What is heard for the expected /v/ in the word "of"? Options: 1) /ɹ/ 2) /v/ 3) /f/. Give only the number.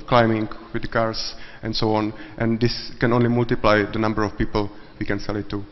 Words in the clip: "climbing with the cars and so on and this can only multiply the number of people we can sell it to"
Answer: 3